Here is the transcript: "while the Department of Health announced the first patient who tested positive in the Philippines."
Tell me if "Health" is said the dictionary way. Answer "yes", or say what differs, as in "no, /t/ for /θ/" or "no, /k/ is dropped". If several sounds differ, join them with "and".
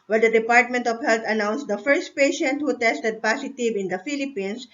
no, /t/ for /θ/